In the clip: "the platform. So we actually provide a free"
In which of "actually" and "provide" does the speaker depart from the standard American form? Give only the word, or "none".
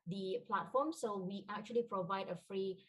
none